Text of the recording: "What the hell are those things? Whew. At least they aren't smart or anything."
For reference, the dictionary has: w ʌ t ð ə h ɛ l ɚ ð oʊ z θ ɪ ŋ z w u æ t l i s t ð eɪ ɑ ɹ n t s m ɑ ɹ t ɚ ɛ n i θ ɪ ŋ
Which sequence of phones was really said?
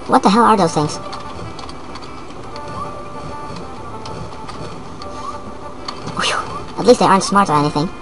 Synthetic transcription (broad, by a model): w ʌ t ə h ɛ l ɚ ð oʊ z θ ɪ ŋ z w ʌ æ t l i s t ð eɪ ɑ ɹ n t s m ɑ ɹ t ɚ ɛ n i θ ɪ ŋ